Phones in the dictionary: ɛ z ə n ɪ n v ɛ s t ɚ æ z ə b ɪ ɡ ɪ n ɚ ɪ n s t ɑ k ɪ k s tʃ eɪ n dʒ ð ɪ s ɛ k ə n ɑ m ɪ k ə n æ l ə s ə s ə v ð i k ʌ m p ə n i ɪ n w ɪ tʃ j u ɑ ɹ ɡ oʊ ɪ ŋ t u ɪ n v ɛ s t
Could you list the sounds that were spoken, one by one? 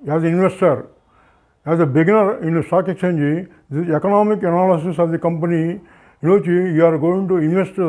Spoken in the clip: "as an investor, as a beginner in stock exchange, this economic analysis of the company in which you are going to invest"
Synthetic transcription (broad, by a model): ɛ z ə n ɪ n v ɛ s t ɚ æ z ə b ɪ ɡ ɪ n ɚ ɪ n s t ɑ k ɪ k tʃ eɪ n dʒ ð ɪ ɛ k ə n ɑ m ɪ k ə n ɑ l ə s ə s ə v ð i k ʌ m p ə n i ɪ n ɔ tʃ j u ɑ ɹ ɡ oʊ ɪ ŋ t u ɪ n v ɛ s t